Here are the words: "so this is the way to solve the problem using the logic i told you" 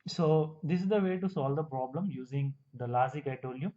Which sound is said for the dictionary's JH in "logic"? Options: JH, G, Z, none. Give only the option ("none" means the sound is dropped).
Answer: Z